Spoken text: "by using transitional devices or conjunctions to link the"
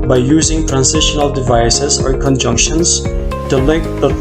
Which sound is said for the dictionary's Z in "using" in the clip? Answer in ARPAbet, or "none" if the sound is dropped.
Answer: Z